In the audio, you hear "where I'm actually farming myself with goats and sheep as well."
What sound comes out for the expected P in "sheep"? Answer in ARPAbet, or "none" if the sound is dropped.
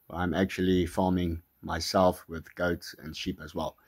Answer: P